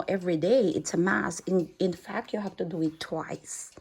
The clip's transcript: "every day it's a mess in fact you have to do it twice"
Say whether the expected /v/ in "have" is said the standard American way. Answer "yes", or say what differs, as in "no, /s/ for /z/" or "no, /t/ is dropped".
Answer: no, /f/ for /v/